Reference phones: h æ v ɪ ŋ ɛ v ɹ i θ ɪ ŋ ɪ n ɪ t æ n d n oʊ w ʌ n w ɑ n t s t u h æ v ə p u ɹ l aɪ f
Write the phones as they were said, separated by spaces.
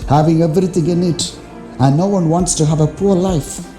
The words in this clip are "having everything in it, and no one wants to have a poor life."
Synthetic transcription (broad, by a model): h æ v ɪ ŋ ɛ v ɹ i t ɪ ŋ ɪ n ɪ t æ n d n oʊ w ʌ n w ɑ n t s t u h æ v ə p u ɹ l aɪ f